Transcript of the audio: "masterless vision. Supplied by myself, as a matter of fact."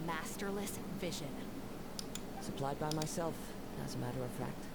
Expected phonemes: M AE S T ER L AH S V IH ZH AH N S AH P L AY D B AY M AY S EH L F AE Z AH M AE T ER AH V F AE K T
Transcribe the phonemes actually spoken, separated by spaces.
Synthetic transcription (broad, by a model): M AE S T ER L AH S V IH ZH AH N S AH P L AY D B AY M AY S EH L F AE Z AH M AE T ER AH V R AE K T